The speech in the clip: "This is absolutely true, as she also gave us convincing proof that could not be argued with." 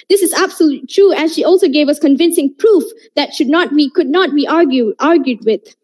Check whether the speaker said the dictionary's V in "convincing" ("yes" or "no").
yes